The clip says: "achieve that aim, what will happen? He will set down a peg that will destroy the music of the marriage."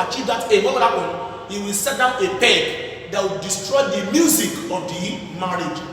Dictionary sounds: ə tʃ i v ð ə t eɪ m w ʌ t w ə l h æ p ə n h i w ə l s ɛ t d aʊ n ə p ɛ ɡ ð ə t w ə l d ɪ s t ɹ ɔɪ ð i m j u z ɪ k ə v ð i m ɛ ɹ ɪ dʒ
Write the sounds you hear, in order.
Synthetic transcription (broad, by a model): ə tʃ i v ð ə t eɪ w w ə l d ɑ ə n h i w ə l s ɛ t d aʊ n ə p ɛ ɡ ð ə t w ə l d ɪ s t ɹ ɔɪ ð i m j u z ɪ k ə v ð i m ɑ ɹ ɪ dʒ